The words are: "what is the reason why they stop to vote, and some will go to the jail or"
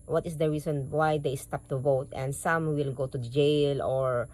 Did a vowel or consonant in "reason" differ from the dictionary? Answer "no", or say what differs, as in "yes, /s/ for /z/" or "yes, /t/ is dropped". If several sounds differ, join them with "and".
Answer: yes, /s/ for /z/